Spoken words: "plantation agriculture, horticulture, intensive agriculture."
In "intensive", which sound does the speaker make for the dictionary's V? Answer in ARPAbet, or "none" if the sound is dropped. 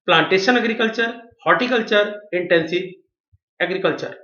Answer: none